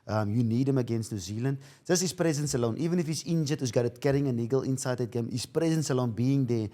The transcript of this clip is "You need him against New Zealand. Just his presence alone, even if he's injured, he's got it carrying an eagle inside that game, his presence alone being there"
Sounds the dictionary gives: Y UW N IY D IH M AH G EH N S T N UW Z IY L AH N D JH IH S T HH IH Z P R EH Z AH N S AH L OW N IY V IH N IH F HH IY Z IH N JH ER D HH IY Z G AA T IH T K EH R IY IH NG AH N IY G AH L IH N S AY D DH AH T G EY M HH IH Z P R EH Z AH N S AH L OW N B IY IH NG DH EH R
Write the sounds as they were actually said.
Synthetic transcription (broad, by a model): Y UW N IY D IH M AH G EH N S T N UW Z IY L AH N D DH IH S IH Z P R EH Z AH N S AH L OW N IY V IH N IH F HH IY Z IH N JH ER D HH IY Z G AA T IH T K EH R IY IH NG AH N IY G AH L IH N S AY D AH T G EY M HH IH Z P R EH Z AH N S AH L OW N B IY IH NG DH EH